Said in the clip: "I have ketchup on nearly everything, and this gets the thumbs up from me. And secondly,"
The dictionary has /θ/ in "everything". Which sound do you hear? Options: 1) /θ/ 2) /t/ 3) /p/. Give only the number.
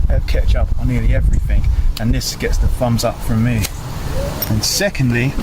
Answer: 1